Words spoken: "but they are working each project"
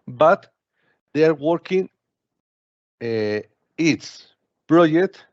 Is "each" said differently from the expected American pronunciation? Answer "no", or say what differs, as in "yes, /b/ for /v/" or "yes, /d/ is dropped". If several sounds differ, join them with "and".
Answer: yes, /s/ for /tʃ/